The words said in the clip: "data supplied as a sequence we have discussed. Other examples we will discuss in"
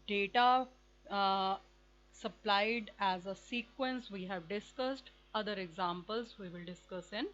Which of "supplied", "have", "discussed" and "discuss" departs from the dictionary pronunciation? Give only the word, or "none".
none